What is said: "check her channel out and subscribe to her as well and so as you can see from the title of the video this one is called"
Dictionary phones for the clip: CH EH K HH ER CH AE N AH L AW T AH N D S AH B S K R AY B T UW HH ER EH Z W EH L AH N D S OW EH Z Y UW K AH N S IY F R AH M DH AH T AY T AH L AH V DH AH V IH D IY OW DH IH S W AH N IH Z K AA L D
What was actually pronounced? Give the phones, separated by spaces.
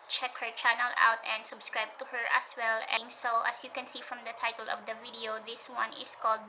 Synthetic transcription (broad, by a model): CH EH K HH ER CH AE N AH L AW T AH N D S AH B S K R AY B T UW HH ER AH S W EH L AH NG S OW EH S Y UW K AH N S IY F R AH M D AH T AY T AH L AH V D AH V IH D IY OW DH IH S W AH N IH S K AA L D